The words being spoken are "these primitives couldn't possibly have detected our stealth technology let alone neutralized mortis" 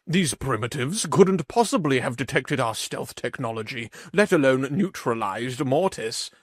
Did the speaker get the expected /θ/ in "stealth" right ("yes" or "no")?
yes